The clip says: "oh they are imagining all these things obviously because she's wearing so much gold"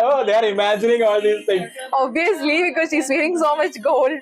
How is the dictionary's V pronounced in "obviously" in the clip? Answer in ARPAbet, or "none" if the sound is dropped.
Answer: none